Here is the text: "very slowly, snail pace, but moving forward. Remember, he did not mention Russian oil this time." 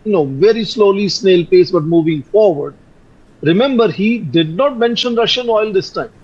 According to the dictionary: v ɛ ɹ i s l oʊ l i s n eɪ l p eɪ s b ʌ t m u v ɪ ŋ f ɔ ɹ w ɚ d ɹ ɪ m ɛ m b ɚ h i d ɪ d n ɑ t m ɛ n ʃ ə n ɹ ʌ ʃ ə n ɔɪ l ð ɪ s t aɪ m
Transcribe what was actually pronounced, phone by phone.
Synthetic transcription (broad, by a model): v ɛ ɹ i s l oʊ l i s n eɪ l p eɪ s b ʌ t m u v ɪ ŋ f ɔ ɹ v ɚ d ɹ ɪ m ɛ m b ɚ h i d ɪ d n ɑ t m ɛ n ʃ ə n ɹ ʌ ʃ ə n ɔɪ l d ɪ s t aɪ m